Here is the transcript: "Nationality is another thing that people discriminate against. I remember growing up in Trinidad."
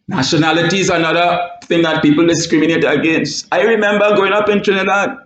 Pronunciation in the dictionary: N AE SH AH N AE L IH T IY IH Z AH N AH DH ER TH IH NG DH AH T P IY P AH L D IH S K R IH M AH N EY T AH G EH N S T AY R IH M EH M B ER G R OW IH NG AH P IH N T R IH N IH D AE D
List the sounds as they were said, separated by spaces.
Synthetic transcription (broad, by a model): N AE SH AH N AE L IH T IY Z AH N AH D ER TH IH NG DH AH T P IY P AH L D IH S K R IH M AH N EY T AH G EH N S T AY R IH M EH M B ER G OW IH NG AH P IH N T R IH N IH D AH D